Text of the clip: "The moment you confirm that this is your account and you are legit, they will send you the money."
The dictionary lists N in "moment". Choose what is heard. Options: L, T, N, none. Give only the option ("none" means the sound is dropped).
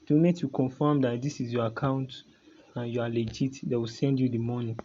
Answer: none